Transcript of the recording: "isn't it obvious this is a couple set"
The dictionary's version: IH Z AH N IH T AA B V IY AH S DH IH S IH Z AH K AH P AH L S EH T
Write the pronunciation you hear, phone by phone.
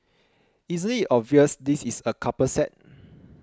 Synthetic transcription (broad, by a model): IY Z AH L IH T AA B V IY AH S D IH S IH S AH K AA P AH S EH T